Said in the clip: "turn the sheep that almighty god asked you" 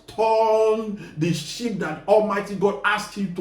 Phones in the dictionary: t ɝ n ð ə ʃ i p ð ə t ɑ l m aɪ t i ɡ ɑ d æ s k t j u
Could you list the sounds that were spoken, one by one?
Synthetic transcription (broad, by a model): t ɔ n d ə ʃ i p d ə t ɑ l m aɪ t i ɡ ɑ d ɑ s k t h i